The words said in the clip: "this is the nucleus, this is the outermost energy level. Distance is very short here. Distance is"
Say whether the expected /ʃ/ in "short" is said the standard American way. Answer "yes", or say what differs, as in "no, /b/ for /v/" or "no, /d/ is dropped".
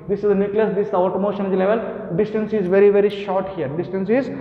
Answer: yes